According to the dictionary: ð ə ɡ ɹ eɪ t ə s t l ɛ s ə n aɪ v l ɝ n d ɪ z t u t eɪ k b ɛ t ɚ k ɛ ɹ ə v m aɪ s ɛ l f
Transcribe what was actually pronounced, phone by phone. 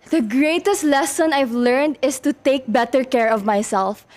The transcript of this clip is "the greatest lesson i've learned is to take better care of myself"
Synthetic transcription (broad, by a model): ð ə ɡ ɹ eɪ t ə s t l ɛ s ə n aɪ v l ɝ n d ɪ s t u t eɪ k b ɛ t ɚ k ɛ ɹ ə v m aɪ s ɛ l f